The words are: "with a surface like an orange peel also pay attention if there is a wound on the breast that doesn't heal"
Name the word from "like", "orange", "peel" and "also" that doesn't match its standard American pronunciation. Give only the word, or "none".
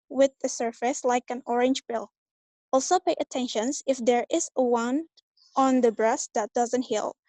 peel